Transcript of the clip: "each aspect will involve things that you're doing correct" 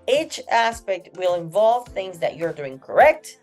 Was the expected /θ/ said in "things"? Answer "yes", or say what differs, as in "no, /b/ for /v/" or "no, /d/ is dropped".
yes